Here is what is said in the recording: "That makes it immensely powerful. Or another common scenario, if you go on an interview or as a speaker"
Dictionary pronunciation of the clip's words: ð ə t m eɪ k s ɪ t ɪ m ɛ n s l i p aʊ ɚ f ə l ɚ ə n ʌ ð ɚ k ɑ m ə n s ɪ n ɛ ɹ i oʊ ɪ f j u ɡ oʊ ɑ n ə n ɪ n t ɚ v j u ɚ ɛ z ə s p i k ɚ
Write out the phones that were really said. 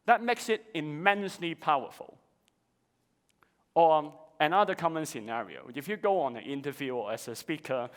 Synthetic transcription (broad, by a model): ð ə t m eɪ k s ɪ t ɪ m ɛ n s l i p aʊ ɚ f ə l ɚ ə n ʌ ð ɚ k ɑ m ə n s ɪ n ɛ ɹ i oʊ ɪ f j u ɡ oʊ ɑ n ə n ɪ n t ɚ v j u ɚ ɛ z ə s p i k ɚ